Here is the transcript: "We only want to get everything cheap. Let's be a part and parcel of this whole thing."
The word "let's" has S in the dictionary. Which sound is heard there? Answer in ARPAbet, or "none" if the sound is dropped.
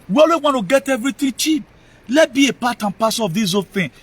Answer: none